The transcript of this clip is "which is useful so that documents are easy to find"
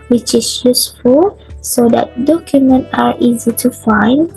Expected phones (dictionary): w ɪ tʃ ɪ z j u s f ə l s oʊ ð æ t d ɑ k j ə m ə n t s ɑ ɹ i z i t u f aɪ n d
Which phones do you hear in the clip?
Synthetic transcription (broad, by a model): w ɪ tʃ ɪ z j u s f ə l s oʊ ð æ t d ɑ k j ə m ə n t ɑ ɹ i z i t u f aɪ n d